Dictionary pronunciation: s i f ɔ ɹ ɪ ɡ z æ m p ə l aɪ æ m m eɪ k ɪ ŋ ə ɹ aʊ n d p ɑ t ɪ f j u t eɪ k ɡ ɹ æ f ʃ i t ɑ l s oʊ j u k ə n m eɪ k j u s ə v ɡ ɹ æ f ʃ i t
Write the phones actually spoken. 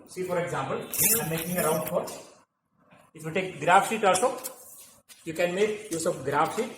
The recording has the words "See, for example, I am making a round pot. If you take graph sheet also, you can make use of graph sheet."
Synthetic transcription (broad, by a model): s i f ɔ ɹ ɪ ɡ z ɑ m p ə l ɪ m m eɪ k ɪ ŋ ə ɹ aʊ n d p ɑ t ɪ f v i t eɪ k ɡ ɹ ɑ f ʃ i t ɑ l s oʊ j u k ə n m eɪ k j u s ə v ɡ ɹ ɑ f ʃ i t